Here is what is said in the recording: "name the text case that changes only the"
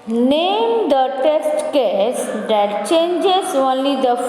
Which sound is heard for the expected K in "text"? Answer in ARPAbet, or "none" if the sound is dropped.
none